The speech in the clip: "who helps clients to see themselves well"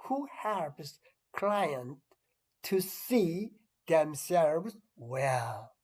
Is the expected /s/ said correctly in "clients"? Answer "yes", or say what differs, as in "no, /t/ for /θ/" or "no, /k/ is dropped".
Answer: no, /s/ is dropped